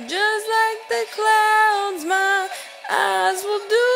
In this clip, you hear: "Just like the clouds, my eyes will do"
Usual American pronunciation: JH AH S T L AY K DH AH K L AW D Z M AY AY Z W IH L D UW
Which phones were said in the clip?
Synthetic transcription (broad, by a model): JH AH S T L AY K DH AH K L AW D Z M AY AY Z W IH L D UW